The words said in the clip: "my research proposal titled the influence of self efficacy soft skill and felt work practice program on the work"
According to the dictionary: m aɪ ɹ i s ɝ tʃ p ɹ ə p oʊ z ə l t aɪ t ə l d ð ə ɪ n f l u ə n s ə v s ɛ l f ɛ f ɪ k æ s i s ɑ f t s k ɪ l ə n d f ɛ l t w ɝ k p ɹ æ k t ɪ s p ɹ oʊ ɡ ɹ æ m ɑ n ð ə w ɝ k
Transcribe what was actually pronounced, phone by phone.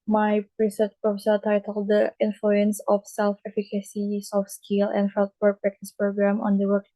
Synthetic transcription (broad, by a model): m aɪ ɹ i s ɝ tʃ p ɹ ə f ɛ s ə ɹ t aɪ t ə l d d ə ɪ n f l u ə n s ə f s ɛ l f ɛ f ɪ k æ s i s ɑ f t s k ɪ l ə n d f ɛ l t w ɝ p ɹ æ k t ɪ s p ɹ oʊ ɡ ɹ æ m ɑ n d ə w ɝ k